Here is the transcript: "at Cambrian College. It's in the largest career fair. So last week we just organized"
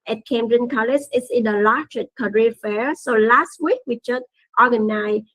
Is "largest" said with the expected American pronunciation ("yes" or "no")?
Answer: no